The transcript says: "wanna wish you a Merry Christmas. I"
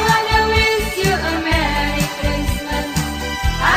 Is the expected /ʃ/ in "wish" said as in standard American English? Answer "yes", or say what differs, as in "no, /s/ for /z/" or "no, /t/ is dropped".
no, /s/ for /ʃ/